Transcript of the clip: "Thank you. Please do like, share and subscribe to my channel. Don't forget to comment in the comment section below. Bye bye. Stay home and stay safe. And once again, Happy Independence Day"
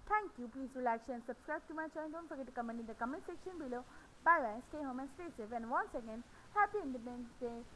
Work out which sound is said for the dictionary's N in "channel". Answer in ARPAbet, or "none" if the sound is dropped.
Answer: none